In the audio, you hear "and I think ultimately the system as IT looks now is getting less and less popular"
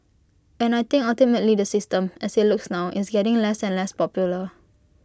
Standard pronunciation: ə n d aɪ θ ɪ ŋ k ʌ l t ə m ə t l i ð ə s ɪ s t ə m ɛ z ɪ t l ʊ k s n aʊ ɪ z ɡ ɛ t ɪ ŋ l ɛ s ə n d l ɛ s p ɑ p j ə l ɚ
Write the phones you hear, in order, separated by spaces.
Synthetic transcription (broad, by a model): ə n aɪ t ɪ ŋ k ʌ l t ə m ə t l i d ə s ɪ s t ə m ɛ s ɪ t l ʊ k s n aʊ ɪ s ɡ ɛ t ɪ ŋ l ɛ s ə n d l ɛ s p ɑ p j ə l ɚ